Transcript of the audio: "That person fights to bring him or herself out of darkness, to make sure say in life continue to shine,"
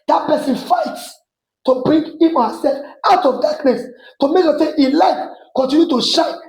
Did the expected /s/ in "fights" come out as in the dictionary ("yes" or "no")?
yes